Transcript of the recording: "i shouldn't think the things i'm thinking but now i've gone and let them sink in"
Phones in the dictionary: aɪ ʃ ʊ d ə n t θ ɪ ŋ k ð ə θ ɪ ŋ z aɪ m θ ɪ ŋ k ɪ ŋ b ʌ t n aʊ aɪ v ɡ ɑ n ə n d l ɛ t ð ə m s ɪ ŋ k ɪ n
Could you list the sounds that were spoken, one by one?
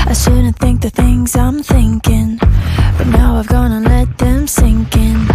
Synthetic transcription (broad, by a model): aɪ s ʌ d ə n θ ɪ ŋ k ð ə θ ɪ ŋ z aɪ m θ ɪ ŋ k ɪ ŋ b ʌ t n aʊ aɪ v ɡ ɑ n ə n l ɛ t ð ə m s ɪ ŋ k ɪ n